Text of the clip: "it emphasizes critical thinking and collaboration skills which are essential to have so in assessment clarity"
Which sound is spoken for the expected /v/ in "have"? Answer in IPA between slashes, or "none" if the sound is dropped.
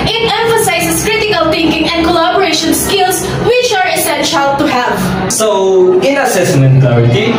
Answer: /v/